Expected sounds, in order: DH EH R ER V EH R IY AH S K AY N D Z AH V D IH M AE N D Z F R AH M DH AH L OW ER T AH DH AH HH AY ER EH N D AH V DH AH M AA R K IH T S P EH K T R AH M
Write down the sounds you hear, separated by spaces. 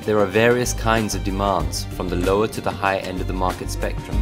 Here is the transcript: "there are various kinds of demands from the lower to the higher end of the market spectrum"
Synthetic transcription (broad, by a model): DH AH R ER V EH R IY AH S K AY N D Z AH V D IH M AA N D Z F R AH M DH AH L OW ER T AH DH AH HH AY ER EH N D AH V DH AH M AA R K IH T S P EH K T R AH M